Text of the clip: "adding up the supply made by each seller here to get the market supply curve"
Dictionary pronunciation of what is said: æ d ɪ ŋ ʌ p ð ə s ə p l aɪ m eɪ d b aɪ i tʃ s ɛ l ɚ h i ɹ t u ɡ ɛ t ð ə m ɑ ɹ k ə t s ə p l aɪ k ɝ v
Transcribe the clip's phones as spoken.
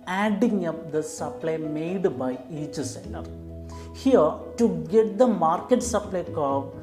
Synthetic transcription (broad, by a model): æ d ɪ ŋ ʌ p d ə s ə p l aɪ m eɪ d b aɪ i tʃ s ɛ n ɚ h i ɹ t u ɡ ɛ t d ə m ɑ ɹ k ə t s ə p l aɪ k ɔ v